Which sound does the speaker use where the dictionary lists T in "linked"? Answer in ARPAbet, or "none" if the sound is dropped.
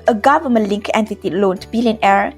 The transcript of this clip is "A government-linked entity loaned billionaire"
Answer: none